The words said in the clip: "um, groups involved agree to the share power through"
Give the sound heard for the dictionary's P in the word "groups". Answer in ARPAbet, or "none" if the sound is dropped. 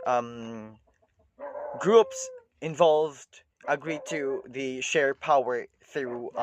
P